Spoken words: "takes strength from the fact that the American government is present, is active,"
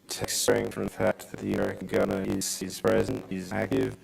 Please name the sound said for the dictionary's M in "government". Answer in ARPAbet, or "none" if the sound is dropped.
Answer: none